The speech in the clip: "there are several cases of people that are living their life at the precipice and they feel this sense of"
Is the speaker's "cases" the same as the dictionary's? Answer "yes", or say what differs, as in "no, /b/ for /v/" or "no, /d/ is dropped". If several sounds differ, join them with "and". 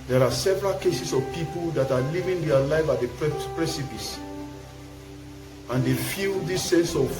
no, /s/ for /z/